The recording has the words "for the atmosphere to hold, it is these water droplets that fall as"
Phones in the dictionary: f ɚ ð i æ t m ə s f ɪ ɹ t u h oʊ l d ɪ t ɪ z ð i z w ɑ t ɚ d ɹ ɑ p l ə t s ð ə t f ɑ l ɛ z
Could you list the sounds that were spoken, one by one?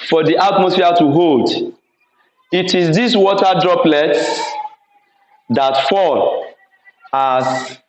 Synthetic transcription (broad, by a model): f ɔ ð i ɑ t m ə s f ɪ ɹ t u h oʊ l d ɪ t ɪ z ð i s w ɑ t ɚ d ɹ ɑ p l ə t s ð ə t f ɑ l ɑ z